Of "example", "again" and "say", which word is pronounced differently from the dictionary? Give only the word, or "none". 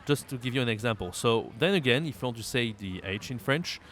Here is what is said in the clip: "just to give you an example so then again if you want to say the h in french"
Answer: none